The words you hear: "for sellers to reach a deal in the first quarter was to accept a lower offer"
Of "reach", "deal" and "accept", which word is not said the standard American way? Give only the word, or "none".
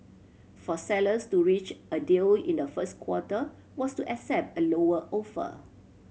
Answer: none